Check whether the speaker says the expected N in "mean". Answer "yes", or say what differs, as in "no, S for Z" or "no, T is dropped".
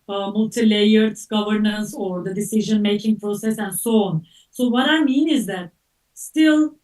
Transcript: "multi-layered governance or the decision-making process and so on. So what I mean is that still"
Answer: yes